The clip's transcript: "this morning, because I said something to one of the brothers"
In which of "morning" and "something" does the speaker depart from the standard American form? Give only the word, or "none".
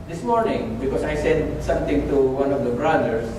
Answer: something